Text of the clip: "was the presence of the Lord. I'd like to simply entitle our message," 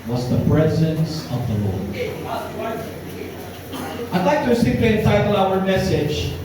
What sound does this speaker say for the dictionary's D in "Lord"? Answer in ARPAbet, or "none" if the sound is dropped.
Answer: none